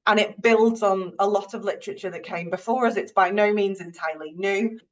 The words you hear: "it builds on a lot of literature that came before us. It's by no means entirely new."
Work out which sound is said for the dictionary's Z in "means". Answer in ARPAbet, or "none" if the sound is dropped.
Z